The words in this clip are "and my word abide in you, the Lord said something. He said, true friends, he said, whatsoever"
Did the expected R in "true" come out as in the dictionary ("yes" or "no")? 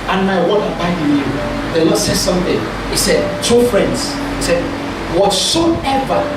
no